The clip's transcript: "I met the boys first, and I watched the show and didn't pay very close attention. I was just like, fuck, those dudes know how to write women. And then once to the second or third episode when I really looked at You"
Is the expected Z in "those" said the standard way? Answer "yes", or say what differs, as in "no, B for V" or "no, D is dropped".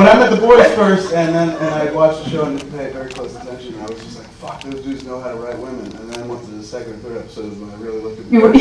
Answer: yes